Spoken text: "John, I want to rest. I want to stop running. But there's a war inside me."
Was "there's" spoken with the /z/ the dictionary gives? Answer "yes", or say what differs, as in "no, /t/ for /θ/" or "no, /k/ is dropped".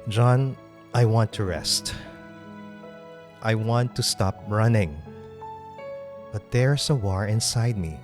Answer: no, /s/ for /z/